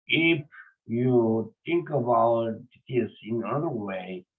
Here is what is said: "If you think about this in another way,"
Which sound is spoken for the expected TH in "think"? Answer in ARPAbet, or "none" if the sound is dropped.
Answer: T